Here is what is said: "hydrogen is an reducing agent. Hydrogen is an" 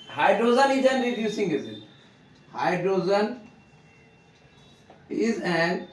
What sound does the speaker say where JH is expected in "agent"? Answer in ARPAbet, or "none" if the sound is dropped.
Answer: Z